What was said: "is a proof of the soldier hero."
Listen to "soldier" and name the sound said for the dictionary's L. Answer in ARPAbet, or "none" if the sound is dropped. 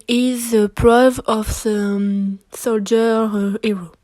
L